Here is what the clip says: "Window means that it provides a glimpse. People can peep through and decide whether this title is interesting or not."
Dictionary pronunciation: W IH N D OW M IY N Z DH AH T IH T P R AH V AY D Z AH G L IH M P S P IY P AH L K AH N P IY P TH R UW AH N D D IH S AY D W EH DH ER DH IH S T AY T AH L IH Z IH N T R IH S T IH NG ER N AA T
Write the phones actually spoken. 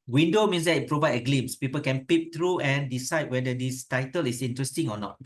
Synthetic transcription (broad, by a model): W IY N D OW M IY N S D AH T IH T P R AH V AY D AH G L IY M S P IY P AH L K AH N P IY P T R UW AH N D D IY S AY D W EH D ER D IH S T AY T AH L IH S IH N T R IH S T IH NG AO N AA T